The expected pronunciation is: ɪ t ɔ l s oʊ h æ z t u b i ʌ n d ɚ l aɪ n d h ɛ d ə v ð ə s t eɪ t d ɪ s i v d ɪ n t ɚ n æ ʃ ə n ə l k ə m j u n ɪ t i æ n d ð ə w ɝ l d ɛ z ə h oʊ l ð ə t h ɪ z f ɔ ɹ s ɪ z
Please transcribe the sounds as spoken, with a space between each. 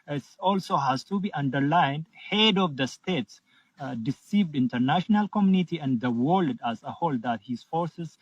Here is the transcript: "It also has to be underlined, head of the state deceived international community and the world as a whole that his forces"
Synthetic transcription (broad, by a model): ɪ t ɔ l s oʊ h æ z t u b i ʌ n d ɚ l aɪ n d h ɛ d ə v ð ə s t eɪ t d ɪ s i v d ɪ n t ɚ n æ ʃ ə n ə l k ə m j u n ɪ t i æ n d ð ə w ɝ l d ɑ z ə h oʊ l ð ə t h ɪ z f ɔ ɹ s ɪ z